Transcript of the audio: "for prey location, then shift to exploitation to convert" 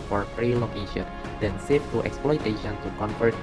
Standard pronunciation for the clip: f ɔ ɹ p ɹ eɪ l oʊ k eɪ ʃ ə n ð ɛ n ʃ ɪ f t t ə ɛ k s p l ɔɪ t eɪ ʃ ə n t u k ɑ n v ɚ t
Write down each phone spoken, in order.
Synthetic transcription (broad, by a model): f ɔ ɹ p ɹ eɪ l oʊ k eɪ ʃ ə n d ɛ n s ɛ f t t ɛ k s p l ɔɪ t eɪ ʃ ə n t u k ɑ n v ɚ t